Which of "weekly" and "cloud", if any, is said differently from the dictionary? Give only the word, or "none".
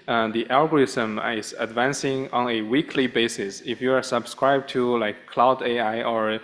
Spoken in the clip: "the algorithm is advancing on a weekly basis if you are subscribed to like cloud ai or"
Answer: none